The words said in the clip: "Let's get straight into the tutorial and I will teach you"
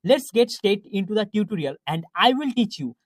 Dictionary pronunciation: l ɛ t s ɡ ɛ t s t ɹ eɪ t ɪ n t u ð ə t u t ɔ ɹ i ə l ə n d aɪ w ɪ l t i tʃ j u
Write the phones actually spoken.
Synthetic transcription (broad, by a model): l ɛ t s ɡ ɛ t s t eɪ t ɪ n t u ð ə t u t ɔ ɹ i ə l ə n d aɪ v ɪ l t i tʃ j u